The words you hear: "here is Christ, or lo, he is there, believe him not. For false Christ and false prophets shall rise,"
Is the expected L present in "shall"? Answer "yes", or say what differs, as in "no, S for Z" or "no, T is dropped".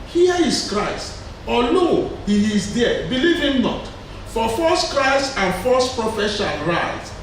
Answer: no, N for L